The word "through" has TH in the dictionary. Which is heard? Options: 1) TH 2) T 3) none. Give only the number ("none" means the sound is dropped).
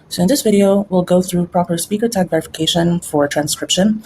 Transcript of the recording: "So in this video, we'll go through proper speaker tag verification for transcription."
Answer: 1